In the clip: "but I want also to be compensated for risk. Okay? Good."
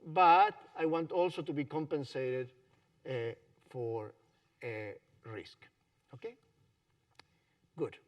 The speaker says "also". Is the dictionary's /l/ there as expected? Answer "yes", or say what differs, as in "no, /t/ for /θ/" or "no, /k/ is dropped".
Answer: yes